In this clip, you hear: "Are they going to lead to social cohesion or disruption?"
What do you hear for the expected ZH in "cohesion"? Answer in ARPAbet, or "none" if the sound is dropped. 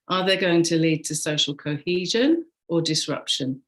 ZH